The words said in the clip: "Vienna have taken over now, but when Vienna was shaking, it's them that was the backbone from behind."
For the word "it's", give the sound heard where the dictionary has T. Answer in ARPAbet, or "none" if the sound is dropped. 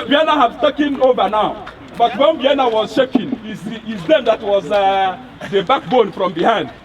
S